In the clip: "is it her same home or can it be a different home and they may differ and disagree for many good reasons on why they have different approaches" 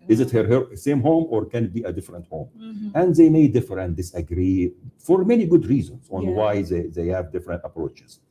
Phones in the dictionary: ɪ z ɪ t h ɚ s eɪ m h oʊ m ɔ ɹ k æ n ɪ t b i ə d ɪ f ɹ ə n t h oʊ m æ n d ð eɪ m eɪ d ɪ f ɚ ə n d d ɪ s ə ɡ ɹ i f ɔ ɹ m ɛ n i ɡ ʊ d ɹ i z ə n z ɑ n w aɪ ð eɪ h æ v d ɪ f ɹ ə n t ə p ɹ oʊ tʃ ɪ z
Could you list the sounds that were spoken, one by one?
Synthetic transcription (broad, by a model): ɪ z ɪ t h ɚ s eɪ m h oʊ m ɔ ɹ k æ n ɪ t b i ə d ɪ f ɹ ə n t h oʊ m æ n d ð eɪ m eɪ d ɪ f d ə n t d ɪ s ə ɡ ɹ i f ɔ ɹ m ɛ n i ɡ ʊ d ɹ i z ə n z ɑ n w aɪ ð eɪ h æ v d ɪ f ɹ ə n t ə p ɹ oʊ tʃ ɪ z